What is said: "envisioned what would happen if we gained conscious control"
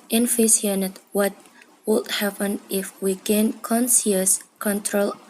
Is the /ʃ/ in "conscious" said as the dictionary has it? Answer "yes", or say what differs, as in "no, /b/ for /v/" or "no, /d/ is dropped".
no, /s/ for /ʃ/